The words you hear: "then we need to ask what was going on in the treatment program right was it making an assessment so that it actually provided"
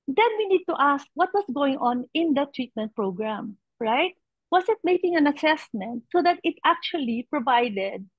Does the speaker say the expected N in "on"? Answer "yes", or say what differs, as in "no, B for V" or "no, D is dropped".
yes